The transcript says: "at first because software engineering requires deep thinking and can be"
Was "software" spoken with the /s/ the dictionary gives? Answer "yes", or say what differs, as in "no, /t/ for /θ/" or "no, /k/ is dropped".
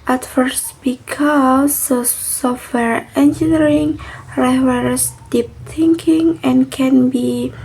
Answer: yes